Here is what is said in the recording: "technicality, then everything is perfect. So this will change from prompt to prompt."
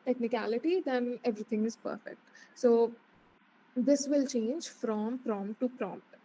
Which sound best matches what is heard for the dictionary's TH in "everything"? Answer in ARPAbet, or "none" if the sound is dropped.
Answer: T